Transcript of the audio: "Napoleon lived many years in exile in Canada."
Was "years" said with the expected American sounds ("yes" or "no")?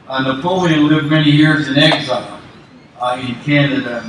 yes